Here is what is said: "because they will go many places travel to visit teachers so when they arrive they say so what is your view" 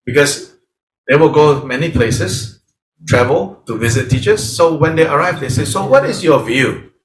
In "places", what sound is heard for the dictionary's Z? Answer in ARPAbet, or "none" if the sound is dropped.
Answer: S